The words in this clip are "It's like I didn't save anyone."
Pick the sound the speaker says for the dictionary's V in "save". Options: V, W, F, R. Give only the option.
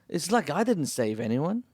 V